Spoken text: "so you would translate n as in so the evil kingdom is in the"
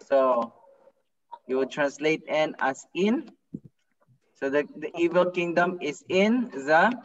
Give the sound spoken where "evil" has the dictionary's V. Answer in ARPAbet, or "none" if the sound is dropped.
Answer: V